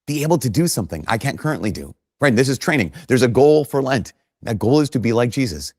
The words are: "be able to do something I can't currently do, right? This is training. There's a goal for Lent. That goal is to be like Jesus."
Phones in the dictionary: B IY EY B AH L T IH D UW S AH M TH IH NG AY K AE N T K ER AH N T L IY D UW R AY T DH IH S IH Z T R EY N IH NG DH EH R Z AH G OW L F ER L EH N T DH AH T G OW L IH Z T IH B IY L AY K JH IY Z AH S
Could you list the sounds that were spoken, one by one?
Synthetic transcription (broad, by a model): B IY EY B L T IH D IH S AH M TH IH NG AY K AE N K ER AH N T L IY D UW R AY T DH IH S IH Z T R EY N IH NG DH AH R Z AH G OW L F ER L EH N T DH AH T G OW L IH Z T IH B IY L AY K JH IY Z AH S